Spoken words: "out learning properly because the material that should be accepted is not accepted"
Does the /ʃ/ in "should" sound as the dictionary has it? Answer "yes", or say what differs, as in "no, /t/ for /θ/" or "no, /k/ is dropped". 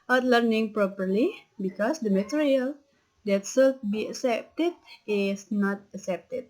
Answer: no, /s/ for /ʃ/